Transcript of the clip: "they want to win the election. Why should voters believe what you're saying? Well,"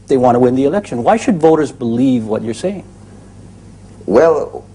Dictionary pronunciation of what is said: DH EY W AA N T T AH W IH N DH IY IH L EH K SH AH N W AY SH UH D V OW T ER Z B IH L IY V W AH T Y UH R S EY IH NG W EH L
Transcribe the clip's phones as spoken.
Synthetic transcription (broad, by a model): DH EY W AA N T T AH W IH N DH IY IH L EH K SH AH N W AY SH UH D V OW T ER Z B IH L IY V W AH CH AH R S EY IH NG W EH L